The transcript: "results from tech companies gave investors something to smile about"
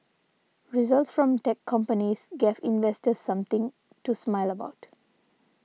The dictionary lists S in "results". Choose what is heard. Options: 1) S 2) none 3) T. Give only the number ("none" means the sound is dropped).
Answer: 1